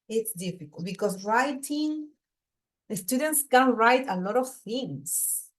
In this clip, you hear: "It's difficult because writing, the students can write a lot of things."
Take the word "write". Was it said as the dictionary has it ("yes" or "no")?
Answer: yes